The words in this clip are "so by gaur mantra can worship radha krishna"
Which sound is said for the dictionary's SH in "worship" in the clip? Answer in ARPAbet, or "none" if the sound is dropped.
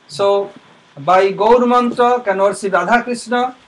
S